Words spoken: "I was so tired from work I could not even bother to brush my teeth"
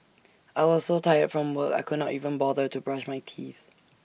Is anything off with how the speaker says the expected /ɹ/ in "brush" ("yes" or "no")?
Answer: no